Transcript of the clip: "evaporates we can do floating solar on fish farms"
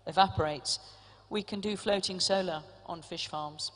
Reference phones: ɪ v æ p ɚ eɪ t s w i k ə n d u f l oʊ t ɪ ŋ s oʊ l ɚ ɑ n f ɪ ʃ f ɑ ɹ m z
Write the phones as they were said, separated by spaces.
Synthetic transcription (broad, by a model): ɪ v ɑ p ɚ eɪ t s w i k ə n d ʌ f l oʊ t ɪ ŋ s oʊ l ɚ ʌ n f ɪ ʃ f ɑ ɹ m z